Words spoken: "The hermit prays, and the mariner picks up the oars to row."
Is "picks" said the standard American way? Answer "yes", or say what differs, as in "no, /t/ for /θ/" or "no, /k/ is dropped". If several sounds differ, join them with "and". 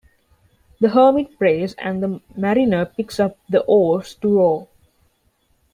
yes